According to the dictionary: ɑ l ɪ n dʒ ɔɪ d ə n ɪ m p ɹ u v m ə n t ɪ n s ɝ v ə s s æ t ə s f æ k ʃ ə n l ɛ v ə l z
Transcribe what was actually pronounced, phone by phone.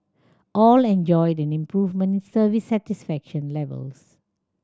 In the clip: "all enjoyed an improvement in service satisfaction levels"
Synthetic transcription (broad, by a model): ɑ l ɪ n dʒ ɔɪ d ə n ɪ m p ɹ u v m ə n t ɪ n s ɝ v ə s s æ t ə s f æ k ʃ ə n l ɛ v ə l s